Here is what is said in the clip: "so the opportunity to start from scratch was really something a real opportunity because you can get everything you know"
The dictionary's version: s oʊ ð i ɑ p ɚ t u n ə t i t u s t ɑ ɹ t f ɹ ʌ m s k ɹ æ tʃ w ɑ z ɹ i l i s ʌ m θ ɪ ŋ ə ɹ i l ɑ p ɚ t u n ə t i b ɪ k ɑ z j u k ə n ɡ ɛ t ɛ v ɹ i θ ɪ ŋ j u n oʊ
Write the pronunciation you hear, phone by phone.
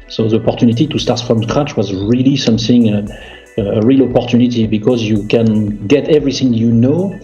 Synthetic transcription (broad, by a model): s oʊ ð i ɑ p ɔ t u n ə t i t u s t ɑ ɹ t f ɹ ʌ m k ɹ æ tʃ w ɑ z ɹ i l i s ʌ m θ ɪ ŋ ə ɹ i l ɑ p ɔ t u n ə t i b ɪ k ɑ z j u k ə n ɡ ɛ t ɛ v ɹ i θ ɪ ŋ j u n oʊ